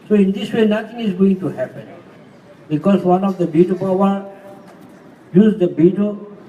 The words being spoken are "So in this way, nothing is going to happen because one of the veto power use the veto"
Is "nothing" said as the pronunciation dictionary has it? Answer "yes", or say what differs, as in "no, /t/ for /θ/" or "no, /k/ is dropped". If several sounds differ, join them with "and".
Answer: no, /t/ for /θ/